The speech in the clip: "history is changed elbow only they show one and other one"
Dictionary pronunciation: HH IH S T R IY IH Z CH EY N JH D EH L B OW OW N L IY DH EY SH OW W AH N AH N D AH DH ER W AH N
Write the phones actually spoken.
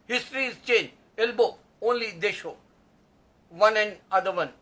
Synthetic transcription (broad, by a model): HH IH S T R IY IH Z CH EY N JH EH L B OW OW N L IY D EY SH OW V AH N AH N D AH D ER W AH N